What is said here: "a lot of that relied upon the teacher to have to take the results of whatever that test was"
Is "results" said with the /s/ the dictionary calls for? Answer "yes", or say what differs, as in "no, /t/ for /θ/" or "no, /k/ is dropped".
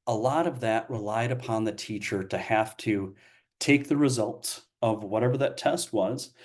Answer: yes